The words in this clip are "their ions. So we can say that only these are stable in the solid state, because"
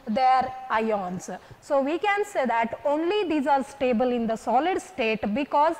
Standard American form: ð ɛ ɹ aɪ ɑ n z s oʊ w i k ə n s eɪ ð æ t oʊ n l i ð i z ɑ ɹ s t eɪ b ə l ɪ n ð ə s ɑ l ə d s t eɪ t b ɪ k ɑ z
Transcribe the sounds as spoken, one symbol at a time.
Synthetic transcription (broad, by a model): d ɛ ɹ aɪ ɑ n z s oʊ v i k ə n s eɪ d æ t oʊ n l i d i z ɑ ɹ s t eɪ b ə l ɪ n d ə s ɑ l ə d s t eɪ t b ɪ k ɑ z